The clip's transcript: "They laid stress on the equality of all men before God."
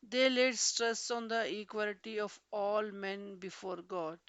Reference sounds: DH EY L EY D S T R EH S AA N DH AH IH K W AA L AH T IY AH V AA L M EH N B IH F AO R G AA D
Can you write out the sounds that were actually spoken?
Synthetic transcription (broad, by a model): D EY L EY D S T R EH S AA N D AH IH K W AA L AH T IY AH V AA L M EH N B IH F AO R G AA D